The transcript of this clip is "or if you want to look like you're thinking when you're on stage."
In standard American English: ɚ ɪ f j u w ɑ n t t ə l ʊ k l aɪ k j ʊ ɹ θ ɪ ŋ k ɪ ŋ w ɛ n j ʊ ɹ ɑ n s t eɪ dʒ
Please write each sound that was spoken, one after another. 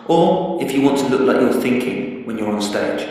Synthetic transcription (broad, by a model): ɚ ɪ f j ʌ w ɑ n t t ə l ʊ k l aɪ k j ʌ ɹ θ ɪ ŋ k ɪ ŋ w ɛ n j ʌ ɹ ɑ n s t eɪ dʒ